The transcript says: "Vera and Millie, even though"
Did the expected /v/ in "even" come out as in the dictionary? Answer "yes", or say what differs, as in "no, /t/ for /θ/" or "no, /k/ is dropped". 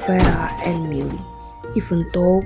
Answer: no, /f/ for /v/